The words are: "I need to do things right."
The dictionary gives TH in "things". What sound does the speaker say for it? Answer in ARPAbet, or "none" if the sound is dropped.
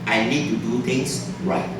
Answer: T